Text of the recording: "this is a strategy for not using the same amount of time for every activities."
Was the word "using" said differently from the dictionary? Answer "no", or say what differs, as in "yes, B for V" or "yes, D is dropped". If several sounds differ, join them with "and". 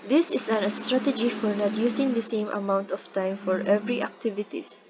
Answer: yes, S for Z